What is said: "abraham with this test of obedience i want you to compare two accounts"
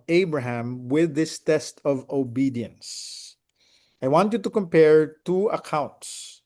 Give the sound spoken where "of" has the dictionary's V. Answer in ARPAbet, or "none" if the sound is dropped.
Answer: V